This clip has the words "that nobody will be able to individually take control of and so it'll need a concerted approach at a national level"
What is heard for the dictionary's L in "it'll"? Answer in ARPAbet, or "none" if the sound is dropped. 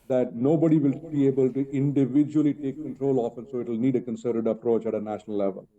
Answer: L